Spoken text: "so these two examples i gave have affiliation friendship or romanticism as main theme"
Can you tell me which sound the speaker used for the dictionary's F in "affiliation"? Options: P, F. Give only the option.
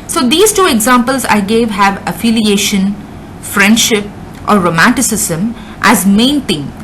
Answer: F